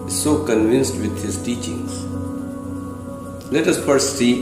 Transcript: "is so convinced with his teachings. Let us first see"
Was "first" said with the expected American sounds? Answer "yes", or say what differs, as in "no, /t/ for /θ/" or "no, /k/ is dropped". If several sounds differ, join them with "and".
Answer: no, /s/ is dropped